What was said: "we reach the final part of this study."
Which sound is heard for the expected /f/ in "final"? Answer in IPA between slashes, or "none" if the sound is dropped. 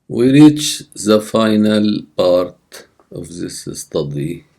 /f/